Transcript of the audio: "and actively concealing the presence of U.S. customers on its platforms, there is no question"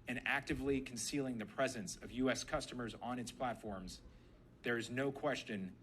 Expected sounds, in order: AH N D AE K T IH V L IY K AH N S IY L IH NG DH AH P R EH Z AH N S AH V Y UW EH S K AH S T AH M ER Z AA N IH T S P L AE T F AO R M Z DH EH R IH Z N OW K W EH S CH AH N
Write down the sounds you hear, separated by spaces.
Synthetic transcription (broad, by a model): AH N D AE K T IH V L IY K N S IY L IH NG DH AH P R EH Z AH N S AH V Y UW EH S K AH S T AH M ER Z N IH T S P L AE T F AO R M Z DH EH R IH Z N OW K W EH S CH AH N